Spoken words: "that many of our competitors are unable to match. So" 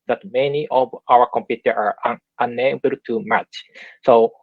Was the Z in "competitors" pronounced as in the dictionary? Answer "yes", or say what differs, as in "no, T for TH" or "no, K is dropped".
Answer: no, Z is dropped